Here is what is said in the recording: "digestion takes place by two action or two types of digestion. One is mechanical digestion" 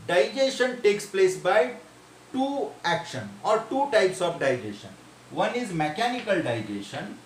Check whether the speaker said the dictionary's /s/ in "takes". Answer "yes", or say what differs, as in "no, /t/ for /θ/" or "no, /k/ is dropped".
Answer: yes